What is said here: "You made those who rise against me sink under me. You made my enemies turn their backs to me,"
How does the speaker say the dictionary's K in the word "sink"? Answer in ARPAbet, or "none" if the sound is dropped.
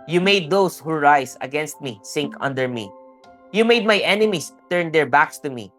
K